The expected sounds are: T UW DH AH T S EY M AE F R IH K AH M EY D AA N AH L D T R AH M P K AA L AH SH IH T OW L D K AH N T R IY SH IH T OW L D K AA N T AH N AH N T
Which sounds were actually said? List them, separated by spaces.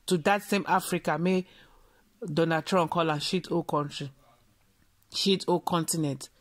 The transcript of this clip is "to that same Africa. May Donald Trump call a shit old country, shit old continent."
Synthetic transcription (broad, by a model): T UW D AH T S EY M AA F R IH K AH M EY D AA N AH D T R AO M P K AA L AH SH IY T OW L K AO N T R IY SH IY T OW K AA N T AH N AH N T